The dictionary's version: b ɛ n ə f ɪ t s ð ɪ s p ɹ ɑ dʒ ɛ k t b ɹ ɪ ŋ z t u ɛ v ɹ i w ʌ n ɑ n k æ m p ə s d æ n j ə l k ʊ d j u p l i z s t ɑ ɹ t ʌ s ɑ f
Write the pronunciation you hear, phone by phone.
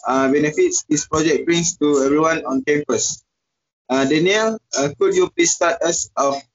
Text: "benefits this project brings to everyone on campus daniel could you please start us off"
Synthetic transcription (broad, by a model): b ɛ n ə f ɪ t s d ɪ s p ɹ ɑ dʒ ɛ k b ɹ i ŋ s t u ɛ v ɹ i w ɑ n ɑ n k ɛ m p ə s d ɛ n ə l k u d j u p l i s t ɑ t ʌ s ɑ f